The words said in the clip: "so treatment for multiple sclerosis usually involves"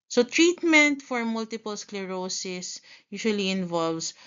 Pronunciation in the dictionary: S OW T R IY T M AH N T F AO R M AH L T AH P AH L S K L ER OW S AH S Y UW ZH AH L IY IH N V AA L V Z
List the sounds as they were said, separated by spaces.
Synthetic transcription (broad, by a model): S OW T R IY T M AH N T F AO R M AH L T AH P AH L S K L ER OW S AH S Y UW SH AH L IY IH N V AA L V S